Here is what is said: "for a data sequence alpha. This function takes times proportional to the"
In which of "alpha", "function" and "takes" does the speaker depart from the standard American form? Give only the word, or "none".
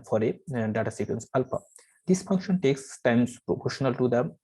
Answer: alpha